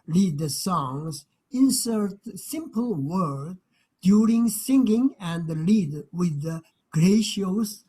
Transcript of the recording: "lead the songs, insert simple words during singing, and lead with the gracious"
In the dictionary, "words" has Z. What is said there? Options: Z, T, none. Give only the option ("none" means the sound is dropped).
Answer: none